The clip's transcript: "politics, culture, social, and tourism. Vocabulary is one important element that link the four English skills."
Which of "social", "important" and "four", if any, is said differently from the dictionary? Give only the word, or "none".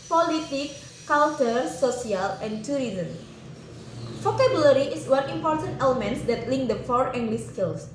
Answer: social